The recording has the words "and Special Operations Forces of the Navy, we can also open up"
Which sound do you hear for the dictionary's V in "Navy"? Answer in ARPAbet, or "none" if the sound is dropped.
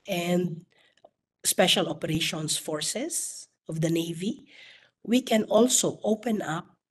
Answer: V